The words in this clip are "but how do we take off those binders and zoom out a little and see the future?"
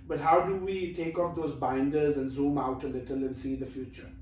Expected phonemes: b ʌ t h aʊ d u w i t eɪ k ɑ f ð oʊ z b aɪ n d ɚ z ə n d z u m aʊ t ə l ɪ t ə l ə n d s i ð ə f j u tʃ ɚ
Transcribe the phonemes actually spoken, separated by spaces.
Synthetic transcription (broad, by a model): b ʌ t h aʊ d u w i t eɪ k ɑ f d oʊ z b aɪ n d ɚ z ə n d z u m aʊ t ə l ɪ t ə l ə n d s i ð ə f j u tʃ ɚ